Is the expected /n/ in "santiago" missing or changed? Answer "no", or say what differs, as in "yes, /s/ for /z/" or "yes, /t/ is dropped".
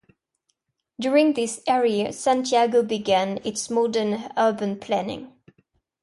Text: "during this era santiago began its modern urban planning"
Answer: no